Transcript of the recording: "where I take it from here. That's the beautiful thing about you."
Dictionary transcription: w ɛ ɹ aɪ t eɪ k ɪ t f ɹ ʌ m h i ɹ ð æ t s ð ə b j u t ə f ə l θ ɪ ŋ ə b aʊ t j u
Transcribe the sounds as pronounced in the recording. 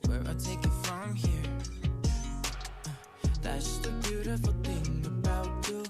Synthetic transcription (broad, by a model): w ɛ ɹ aɪ t eɪ k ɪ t f ɹ ʌ m h i ɹ ð æ t s ð ə b j u t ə f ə l θ ɪ ŋ ə b aʊ t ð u